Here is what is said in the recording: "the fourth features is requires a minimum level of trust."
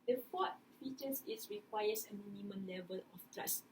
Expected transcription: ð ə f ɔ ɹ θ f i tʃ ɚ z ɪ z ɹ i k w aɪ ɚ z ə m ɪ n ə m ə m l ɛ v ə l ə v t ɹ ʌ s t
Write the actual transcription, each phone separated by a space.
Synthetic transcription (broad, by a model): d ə f ɔ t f i tʃ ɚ s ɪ s ɹ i k w aɪ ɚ s ə m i n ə m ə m l ɛ v ə l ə f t ɹ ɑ s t